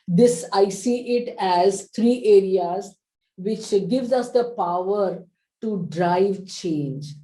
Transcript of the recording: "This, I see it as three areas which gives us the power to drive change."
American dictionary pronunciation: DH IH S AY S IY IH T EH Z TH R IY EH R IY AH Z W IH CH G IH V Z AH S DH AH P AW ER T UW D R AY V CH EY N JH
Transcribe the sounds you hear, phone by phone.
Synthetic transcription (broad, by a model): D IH S AY S IY IH T EH Z T R IY EH R IY AH Z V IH CH G IH V Z AH S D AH P AW ER T UW D R AY V CH EY N JH